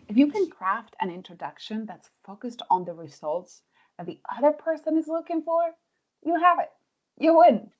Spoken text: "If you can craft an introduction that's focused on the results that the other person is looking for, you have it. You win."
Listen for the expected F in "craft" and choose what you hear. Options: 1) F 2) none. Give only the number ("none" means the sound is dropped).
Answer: 1